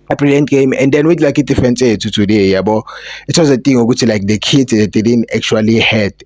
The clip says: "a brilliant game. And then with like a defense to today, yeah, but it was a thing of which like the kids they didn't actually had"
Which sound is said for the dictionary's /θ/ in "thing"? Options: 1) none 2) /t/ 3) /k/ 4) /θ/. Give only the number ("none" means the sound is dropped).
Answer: 2